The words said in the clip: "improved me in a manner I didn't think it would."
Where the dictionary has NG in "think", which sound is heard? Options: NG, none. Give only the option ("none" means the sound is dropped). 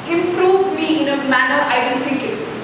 none